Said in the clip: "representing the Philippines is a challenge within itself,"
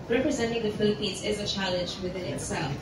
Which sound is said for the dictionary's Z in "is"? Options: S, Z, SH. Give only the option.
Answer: Z